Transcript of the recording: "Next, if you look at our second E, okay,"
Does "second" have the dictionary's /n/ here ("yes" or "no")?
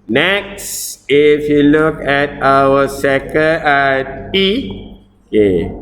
no